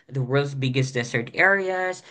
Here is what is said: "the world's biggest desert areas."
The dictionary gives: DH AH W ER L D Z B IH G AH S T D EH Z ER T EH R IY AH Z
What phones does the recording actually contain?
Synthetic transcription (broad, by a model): DH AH W ER L D Z B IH G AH S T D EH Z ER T EH R IY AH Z